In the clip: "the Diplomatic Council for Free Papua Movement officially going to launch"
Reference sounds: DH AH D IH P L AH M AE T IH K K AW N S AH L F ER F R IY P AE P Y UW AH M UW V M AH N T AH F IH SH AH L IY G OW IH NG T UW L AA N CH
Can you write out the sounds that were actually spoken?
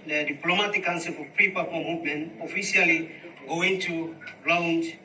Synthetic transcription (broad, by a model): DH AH D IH P L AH M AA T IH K K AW N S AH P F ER P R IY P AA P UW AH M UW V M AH N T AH F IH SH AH L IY G OW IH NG T UW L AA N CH